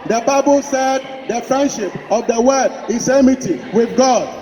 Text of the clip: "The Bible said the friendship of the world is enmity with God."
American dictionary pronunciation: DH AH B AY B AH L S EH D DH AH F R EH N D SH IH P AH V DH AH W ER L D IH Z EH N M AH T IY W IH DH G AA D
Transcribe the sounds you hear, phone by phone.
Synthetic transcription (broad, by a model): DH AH B AY B AH L S EH D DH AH F R EH N D SH IH P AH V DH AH W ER D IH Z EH M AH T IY W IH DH G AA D